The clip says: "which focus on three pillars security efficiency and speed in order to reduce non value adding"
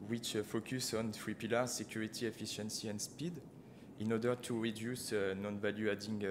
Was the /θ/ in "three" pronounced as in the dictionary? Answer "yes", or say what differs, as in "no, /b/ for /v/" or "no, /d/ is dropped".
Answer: no, /t/ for /θ/